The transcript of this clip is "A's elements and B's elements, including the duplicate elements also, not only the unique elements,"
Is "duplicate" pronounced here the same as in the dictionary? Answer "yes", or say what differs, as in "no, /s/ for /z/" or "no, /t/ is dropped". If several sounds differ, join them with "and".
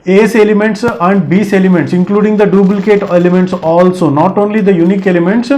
no, /b/ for /p/